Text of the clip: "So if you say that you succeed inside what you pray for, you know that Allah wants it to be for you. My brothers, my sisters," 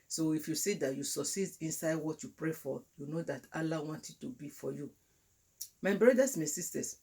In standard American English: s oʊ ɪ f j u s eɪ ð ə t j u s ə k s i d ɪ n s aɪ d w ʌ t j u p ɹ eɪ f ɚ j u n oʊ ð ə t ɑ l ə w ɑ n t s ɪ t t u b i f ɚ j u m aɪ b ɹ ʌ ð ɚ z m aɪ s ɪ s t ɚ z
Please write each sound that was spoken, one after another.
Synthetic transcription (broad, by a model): s oʊ ɪ f j u s eɪ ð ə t j u s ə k s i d ɪ n s aɪ d w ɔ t j u p ɹ eɪ f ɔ j u n oʊ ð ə t ɑ l ə w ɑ n t ɪ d t u b i f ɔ j u m aɪ b ɹ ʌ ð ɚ s m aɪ s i s t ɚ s